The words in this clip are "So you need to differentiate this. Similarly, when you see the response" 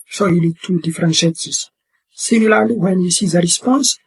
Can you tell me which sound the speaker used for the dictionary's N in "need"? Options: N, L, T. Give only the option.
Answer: L